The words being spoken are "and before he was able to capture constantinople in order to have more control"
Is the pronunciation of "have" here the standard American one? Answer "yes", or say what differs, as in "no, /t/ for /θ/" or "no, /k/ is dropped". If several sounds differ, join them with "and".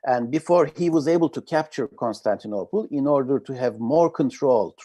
yes